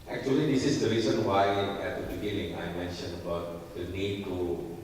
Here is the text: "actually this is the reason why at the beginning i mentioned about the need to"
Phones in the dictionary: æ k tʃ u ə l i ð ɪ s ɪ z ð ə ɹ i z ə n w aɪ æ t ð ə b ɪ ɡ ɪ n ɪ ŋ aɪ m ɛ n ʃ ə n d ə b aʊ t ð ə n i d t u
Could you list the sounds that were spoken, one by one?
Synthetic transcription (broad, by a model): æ k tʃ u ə l i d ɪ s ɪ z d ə ɹ i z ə n w aɪ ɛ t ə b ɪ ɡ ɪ l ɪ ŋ aɪ m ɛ n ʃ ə n ə b aʊ t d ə n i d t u